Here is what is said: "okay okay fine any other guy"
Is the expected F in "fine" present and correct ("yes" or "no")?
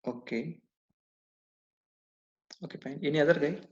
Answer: no